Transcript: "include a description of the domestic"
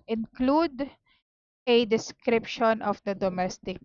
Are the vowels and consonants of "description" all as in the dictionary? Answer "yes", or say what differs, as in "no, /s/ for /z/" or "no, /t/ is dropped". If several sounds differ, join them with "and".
yes